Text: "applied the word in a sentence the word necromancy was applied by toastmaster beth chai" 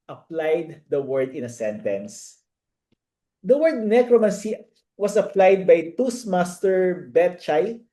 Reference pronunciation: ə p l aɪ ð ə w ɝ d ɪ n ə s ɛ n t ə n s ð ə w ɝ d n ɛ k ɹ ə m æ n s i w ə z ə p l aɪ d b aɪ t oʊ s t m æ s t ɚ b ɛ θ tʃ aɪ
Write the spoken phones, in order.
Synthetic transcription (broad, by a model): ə p l aɪ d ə w ɝ d ɪ n ə s ɛ n t ə n s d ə w ɝ d n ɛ k ɹ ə m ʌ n s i w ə s ə p l aɪ d b aɪ t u s m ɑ s t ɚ b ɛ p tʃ aɪ